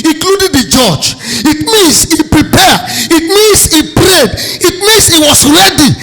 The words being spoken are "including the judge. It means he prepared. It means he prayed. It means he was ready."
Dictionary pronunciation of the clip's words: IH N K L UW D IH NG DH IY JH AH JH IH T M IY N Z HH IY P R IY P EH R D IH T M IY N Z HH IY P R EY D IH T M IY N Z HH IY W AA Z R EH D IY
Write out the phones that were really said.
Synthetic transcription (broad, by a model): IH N K L UW D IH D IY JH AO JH IH T M IY N S HH IY P R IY P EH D IH T M IY N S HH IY P R EY D IH T M IY N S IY W AA S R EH D IY